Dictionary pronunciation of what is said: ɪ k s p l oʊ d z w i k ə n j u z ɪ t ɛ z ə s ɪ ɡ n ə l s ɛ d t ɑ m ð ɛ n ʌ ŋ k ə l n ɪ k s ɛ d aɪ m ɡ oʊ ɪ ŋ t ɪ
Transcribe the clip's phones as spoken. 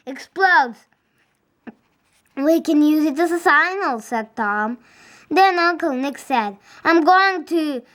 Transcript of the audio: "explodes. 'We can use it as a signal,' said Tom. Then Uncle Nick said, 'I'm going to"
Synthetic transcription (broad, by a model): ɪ k s p l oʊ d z w i k ə n j u z ɪ t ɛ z ə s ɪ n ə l s ɛ d t ɑ m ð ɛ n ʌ k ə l n ɪ k s ɛ d aɪ m ɡ oʊ ɪ ŋ t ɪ